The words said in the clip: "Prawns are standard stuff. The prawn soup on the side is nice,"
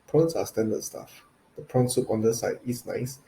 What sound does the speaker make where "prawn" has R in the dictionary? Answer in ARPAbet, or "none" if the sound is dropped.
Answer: R